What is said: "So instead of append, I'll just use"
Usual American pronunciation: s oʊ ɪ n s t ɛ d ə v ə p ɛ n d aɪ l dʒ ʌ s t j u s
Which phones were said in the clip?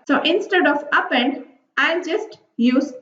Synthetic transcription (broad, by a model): s oʊ ɪ n s t ɛ d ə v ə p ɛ n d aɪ n dʒ ʌ s t j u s